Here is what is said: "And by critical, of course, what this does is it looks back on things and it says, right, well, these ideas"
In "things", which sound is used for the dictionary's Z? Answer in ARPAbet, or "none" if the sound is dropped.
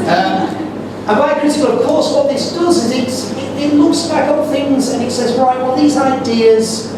Z